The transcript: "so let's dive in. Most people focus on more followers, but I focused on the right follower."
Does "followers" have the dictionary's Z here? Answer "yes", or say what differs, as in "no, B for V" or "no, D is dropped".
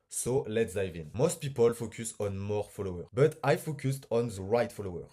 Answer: no, Z is dropped